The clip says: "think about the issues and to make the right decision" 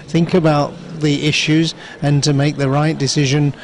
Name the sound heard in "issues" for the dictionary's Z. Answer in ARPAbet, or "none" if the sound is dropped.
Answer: Z